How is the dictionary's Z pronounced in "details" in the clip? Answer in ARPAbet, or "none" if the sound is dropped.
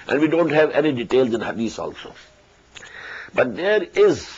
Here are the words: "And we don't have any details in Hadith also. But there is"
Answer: Z